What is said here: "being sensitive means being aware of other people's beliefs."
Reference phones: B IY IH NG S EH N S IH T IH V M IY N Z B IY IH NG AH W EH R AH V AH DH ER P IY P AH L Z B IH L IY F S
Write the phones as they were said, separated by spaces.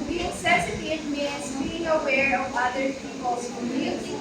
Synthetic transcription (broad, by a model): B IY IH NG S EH S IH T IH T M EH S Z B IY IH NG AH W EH R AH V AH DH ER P IY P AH L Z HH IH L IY